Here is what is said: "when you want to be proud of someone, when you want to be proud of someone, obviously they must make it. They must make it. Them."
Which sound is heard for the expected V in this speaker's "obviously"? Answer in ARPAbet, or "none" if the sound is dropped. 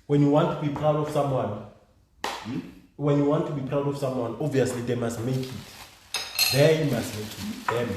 V